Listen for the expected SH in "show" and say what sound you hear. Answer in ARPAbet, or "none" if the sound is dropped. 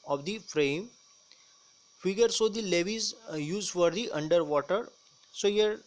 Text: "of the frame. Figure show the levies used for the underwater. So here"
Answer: S